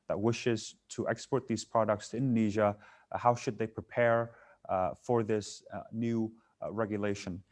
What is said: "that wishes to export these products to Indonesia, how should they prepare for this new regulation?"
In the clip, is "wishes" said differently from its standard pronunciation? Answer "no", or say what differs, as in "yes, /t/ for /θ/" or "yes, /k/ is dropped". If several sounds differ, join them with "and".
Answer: no